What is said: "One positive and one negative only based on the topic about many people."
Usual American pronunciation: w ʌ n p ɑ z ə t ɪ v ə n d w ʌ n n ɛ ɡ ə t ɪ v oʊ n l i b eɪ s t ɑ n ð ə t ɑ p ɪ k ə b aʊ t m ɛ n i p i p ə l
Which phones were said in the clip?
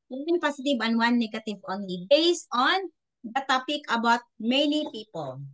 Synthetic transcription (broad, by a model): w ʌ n p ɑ s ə t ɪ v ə n w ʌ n n ɛ ɡ ə t ɪ v oʊ n l i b eɪ s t ɑ n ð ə t ɑ p ɪ k ə b aʊ t m ɛ n i p i p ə l